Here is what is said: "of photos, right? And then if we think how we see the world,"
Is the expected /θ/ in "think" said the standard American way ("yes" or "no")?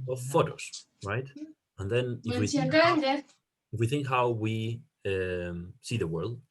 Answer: yes